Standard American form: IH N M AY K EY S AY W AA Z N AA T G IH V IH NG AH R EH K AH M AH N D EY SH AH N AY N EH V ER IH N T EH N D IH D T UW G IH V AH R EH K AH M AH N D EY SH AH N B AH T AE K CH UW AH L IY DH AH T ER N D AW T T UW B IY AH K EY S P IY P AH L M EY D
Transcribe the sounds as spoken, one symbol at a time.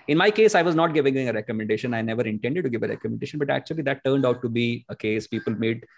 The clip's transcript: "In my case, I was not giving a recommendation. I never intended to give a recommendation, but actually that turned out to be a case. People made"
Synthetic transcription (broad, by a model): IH N M AY K EY S AY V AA Z N AA T G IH V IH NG AH R EH K AH M AH N D EY SH AH N AY N EH V ER IH N T EH N D IH D T UW G IH V AH R EH K AH M AH N D EY SH AH N B AH T AE K CH UW AH L IY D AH T ER N D AW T T UW B IY AH K EY S P IY P AH L M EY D